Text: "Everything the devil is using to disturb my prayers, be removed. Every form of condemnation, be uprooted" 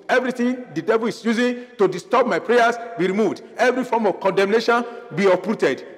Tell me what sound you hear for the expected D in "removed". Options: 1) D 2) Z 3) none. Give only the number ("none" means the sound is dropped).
1